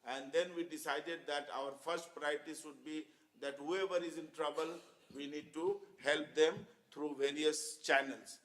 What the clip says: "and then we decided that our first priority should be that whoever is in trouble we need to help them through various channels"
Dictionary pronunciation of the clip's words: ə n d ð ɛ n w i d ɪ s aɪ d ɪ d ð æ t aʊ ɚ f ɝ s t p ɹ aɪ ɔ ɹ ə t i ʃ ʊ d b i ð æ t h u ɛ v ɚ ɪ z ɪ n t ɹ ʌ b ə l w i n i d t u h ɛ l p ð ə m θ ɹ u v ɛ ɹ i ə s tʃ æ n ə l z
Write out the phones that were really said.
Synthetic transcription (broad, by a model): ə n d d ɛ n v i d ɪ s aɪ d ɪ d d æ t aʊ ɚ f ɝ s t p ɹ aɪ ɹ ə t i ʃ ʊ d b i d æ t h u ɛ v ɚ ɪ z ɪ n t ɹ ʌ b ə l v i n i d t u h ɛ l p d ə m t ɹ u v ɛ ɹ i ə s tʃ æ n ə l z